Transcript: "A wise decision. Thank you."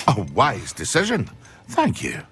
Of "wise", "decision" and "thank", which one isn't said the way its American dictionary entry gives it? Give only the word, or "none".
none